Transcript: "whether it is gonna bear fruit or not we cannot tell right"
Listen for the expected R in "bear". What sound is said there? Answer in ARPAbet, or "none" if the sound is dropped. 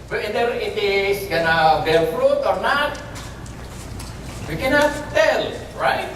L